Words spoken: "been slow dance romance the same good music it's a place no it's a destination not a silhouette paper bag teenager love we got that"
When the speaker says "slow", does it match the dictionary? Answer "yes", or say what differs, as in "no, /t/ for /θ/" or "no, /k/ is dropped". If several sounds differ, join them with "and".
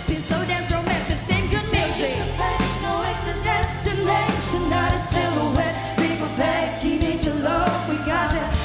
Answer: no, /l/ is dropped